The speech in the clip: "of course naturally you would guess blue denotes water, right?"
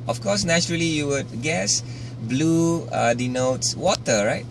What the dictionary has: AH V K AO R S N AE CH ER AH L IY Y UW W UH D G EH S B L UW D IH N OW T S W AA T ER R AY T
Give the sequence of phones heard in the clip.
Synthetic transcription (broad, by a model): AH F K AO S N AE CH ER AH L IY Y UW W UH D G EH S B L UW D IH N OW T S W AA T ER R AY T